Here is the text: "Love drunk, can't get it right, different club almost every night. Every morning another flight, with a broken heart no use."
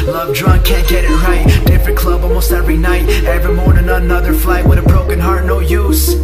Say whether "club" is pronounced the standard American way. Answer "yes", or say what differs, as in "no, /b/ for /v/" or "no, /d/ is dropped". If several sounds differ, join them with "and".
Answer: yes